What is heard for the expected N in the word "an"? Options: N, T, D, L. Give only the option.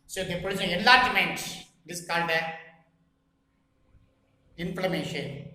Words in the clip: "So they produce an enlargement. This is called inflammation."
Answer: L